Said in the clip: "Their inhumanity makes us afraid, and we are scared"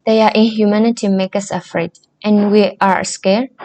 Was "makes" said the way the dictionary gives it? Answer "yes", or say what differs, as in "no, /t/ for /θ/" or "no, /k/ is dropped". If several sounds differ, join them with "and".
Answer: no, /s/ is dropped